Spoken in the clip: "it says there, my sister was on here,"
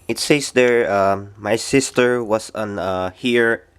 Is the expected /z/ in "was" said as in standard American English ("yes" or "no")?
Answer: no